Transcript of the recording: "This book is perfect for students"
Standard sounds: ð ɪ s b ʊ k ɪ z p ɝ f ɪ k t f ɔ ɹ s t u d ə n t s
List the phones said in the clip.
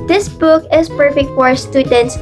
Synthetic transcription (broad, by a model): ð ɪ s b ʊ k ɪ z p ɝ f ɪ k t f ɔ ɹ s t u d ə n t s